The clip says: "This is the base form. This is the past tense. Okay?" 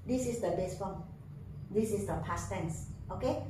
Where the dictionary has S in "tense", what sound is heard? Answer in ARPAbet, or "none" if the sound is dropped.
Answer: S